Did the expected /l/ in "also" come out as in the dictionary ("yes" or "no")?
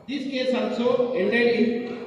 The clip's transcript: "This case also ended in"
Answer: no